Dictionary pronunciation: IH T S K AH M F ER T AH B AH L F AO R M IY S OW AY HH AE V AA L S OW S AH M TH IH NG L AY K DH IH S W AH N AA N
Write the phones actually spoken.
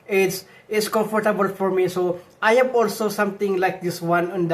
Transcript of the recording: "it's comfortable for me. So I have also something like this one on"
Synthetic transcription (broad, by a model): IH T S K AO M F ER T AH B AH L F AO R M IY S OW AY HH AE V AA L S OW S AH M T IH NG L AY K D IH S W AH N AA N